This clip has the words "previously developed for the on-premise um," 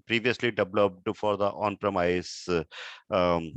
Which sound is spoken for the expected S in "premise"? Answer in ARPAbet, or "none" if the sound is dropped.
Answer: none